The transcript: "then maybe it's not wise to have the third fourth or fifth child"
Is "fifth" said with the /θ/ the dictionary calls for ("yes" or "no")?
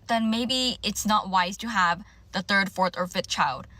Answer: yes